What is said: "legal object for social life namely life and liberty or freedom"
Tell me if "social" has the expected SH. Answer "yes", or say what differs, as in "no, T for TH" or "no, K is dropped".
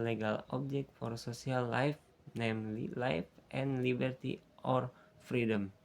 no, S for SH